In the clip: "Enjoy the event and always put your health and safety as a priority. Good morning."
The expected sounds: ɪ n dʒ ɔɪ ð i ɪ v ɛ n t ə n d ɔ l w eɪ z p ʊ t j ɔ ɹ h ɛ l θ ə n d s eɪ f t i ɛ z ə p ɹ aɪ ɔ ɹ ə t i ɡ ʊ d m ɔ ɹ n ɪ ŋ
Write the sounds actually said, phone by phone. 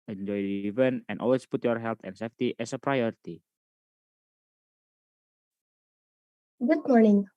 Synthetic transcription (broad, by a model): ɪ n dʒ ɔɪ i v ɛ n ə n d ɔ l w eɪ s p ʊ t j ɔ ɹ h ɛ l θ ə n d s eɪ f t i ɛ s ə p ɹ aɪ ɔ ɹ ə t i ɡ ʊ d m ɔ ɹ n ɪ ŋ